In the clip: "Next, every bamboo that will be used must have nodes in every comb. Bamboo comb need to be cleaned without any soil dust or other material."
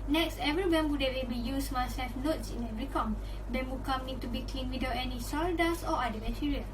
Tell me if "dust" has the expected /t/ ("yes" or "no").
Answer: no